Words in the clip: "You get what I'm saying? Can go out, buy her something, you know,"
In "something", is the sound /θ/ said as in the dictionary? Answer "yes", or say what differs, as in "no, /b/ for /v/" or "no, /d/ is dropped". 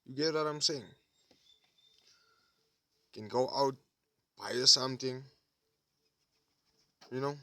no, /t/ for /θ/